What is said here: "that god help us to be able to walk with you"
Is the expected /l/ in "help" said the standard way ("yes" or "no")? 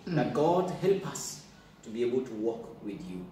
yes